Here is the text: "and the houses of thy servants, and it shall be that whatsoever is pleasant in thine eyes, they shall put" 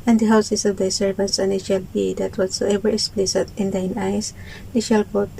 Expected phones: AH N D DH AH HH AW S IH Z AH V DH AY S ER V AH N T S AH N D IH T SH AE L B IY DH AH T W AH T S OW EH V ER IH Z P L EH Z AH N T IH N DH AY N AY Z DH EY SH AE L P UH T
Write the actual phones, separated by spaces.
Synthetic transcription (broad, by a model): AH N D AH HH AW S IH S AH V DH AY S ER V AH N T S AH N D IH T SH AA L B IY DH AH T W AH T S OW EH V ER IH S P L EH S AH T IH N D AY N AY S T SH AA L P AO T